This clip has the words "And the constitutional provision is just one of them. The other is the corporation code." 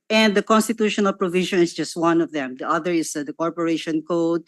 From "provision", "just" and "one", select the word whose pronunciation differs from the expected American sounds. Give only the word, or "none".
provision